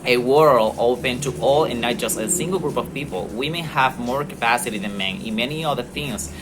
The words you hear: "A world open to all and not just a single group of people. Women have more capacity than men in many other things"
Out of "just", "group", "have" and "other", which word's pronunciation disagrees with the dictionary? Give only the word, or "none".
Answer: none